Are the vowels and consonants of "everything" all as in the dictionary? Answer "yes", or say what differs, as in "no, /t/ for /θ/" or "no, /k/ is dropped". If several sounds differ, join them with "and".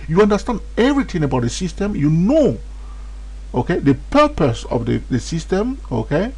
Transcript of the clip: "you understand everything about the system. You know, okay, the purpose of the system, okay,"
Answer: no, /t/ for /θ/